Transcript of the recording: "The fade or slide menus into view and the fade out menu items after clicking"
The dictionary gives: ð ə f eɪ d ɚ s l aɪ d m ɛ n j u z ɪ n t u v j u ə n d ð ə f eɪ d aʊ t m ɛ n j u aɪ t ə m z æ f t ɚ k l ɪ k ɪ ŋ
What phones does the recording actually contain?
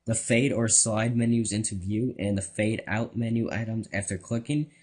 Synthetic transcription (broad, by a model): ð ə f eɪ d ɚ s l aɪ d m ɛ n j u z ɪ n t u v j u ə n ð ə f eɪ d aʊ t m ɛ n j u aɪ t ə m z æ f t ɚ k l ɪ k ɪ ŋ